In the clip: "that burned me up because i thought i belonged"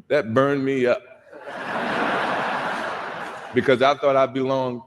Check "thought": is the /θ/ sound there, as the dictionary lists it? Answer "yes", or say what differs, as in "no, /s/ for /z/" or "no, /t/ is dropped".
yes